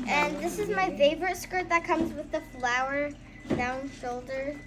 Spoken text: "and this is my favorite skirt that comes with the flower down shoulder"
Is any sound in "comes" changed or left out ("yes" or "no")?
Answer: no